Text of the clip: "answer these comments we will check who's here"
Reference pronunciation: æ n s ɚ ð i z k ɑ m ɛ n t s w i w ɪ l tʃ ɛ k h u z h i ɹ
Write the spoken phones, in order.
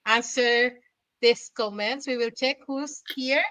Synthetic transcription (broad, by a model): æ n s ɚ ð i s k ɑ m ɛ n t s w i w ɪ l tʃ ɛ k h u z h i ɹ